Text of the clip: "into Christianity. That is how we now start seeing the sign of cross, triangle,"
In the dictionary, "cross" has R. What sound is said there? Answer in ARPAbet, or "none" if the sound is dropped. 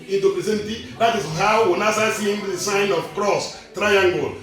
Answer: R